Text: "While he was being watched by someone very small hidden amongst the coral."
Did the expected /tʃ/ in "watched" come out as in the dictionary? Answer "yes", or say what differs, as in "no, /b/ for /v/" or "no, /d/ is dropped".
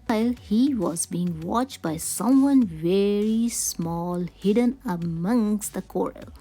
yes